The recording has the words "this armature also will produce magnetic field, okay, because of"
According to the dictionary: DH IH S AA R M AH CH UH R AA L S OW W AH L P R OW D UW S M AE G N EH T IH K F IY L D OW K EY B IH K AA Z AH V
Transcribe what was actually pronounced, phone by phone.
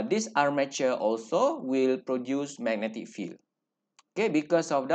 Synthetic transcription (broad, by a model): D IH S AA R M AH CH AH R AA L S OW W AH L P R OW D UW S M AE G N EH T IH K F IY L OW K EY B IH K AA S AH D